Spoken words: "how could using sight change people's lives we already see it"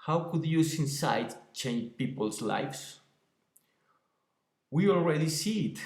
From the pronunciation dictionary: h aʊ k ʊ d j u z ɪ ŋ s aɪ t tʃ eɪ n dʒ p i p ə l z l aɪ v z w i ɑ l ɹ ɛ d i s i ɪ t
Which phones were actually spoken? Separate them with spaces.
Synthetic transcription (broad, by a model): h aʊ k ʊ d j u s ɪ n s aɪ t tʃ eɪ n dʒ p i p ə l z l aɪ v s w i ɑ l ɹ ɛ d i s i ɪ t